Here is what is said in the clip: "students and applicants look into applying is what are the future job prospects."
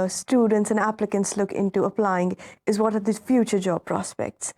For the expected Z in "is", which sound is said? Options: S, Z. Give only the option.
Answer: Z